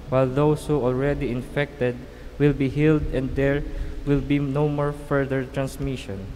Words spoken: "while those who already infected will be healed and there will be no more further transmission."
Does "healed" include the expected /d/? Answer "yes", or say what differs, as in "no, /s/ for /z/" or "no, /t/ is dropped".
yes